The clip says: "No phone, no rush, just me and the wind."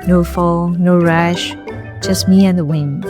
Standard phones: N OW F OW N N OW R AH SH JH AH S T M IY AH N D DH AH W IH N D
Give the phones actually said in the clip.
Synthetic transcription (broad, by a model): N OW F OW L N OW R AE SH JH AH S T M IY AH N DH AH W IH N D